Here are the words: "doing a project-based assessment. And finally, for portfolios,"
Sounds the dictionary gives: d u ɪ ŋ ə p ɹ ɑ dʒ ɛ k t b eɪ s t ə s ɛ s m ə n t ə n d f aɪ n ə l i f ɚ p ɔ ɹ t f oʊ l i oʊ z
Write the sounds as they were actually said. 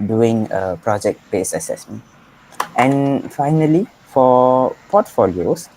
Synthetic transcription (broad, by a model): d u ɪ ŋ ə p ɹ ɑ dʒ ɛ k t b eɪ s ə s ɛ s m ə n t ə n f aɪ n ə l i f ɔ p ɔ t f oʊ l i oʊ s